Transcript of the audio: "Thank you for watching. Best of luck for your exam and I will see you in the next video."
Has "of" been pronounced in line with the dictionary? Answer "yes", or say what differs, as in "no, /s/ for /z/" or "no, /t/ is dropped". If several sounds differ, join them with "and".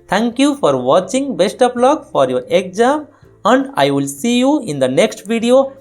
no, /p/ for /v/